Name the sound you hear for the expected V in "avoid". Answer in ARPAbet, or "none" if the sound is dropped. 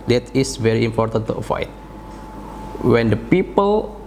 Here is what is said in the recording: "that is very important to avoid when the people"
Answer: F